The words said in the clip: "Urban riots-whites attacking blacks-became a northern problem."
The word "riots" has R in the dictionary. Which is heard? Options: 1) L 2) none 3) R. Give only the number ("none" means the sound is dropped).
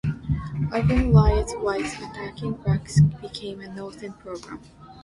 1